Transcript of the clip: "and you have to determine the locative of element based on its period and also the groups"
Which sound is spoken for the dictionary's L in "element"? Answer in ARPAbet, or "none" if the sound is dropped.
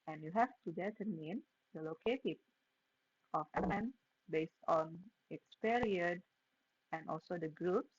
none